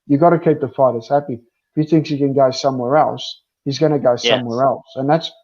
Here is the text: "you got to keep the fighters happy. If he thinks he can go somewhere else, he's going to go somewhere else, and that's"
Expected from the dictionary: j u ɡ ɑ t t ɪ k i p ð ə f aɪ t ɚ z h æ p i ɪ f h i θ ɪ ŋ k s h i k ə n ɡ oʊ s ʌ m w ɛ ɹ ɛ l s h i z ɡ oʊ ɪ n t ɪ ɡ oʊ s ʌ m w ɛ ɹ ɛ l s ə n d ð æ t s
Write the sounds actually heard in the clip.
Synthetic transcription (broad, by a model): j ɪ ɡ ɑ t t ɪ k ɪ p ð ə f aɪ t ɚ s h æ p i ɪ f h i θ ɪ ŋ k s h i k ə n ɡ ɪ s ʌ m w ɛ ɹ ɛ l s h i z ɡ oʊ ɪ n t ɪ ɡ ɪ s ʌ m w ɛ ɹ ɛ l s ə n ð æ t s